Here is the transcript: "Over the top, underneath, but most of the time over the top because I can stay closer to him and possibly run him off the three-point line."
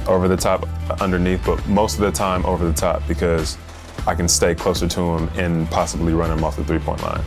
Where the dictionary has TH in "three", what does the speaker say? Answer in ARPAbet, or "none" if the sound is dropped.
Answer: TH